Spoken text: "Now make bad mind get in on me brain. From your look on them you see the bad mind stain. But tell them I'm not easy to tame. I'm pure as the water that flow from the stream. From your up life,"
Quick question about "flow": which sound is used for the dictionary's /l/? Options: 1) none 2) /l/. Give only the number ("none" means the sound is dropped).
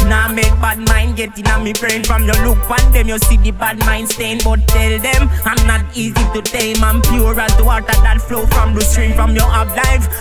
2